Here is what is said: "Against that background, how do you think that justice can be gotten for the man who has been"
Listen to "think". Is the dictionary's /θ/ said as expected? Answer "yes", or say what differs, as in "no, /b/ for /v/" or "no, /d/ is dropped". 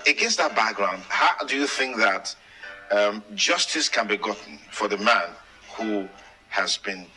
yes